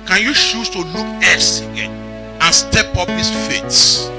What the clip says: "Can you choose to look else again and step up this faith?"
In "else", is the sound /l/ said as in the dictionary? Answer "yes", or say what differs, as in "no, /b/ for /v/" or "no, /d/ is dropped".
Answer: no, /l/ is dropped